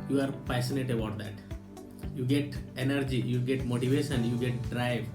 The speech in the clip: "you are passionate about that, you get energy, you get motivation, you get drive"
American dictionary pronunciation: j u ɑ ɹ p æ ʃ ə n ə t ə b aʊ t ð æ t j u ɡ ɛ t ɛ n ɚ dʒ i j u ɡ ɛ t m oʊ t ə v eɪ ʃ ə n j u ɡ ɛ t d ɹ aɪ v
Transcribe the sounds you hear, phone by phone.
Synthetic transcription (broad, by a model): j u ɑ ɹ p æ s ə n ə t ə b aʊ t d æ t j u ɡ ɛ t ɛ n ɚ dʒ i j u ɡ ɛ t m oʊ t ə v eɪ ʃ ə n j u ɡ ɛ t d ɹ aɪ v